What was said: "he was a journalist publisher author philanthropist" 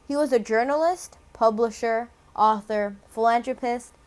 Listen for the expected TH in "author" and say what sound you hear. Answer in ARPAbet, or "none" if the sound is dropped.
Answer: TH